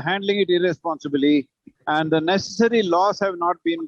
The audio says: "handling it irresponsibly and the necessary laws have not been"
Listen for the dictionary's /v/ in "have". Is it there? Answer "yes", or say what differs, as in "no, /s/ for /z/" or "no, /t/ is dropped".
yes